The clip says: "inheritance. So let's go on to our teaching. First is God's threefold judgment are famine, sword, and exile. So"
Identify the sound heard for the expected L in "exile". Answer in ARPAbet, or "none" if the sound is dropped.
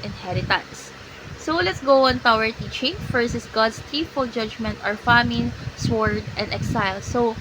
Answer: L